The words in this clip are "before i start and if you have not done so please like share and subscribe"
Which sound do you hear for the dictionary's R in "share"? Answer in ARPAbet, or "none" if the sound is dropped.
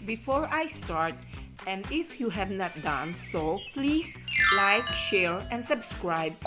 L